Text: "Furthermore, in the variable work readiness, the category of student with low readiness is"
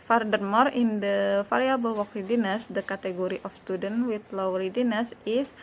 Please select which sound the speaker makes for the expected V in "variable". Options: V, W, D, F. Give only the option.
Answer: F